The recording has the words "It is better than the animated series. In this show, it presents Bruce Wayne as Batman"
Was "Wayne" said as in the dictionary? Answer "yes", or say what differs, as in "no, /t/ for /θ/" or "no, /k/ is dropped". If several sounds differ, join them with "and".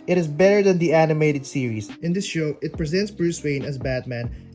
yes